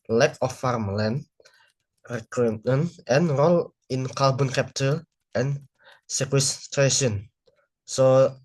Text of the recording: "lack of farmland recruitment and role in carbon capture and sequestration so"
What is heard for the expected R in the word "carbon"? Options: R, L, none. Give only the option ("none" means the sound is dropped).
L